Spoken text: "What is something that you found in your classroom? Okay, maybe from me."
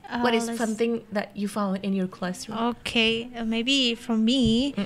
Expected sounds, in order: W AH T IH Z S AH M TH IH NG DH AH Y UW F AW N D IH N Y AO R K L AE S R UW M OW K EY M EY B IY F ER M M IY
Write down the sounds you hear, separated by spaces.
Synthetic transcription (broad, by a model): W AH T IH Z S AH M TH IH NG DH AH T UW F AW D IH N Y AO R K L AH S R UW OW K EY M EY B IY F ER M M IY